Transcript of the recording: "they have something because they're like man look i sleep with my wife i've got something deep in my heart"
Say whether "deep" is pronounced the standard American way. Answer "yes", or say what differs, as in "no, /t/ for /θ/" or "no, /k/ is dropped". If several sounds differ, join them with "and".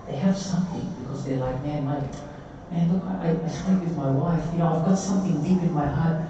yes